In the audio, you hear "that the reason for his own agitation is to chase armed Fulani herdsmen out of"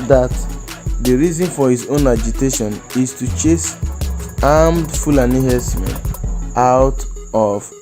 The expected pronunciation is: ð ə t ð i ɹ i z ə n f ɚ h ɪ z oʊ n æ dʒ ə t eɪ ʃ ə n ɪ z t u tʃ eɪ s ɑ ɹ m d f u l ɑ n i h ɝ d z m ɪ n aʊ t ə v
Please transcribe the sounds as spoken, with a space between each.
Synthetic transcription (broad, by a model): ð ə t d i ɹ i z ə n f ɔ h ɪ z oʊ n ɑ dʒ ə t eɪ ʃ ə n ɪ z t u tʃ eɪ s ɑ m d f u l ɑ n i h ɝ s m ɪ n aʊ t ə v